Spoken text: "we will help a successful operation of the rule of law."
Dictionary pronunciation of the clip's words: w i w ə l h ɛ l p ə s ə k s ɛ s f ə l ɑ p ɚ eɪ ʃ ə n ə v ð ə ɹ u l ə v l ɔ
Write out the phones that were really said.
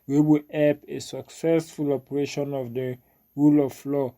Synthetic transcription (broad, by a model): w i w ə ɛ p ə s ə k s ɛ s f ə l ɑ p ɚ eɪ ʃ ə n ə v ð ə ɹ u l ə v l ɔ